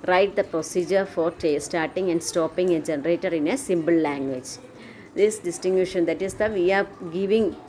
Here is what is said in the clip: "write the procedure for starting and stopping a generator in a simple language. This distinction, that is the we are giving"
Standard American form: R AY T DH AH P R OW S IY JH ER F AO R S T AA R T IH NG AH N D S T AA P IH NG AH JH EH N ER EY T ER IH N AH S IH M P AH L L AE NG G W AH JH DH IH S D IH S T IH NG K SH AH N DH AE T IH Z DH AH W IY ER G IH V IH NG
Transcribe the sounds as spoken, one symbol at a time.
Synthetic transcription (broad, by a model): R AY T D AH P R OW S IY JH ER F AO R S T AA R T IH NG AH N D S T AA P IH NG AH JH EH N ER EY T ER IH N AH S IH M B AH L L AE NG G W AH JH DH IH S D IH S T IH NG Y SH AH N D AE T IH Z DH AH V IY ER G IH V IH NG